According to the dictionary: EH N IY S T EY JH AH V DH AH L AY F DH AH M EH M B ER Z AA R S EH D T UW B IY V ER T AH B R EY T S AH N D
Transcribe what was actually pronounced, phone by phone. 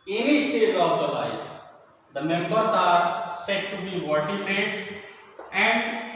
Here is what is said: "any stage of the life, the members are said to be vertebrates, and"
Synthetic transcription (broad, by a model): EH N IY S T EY Z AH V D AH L AY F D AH M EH M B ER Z AA R S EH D T UW B IY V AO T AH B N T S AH N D